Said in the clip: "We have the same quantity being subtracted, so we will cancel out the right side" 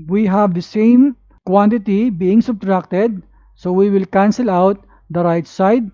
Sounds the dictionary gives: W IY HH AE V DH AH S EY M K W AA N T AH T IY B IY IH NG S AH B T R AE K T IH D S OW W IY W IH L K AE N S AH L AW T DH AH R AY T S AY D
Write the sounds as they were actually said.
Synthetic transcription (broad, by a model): W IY HH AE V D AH S EY M K W AA N T AH T IY B IY IH NG S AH B T R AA K T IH D S OW W IY W IH L K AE N S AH L AW T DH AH R AY T S AY D